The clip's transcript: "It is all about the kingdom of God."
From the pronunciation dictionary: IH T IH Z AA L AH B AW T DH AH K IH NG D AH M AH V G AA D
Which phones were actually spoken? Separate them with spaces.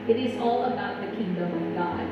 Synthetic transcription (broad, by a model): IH T IH Z AA L AH B AW T DH AH K IH NG D AH M AH V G AA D